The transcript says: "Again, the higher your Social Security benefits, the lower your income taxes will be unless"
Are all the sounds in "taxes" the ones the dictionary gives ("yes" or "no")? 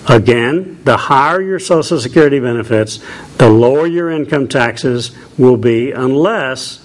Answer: yes